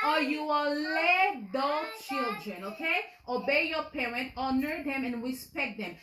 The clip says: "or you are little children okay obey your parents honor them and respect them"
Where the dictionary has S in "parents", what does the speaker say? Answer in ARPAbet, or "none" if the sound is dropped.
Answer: none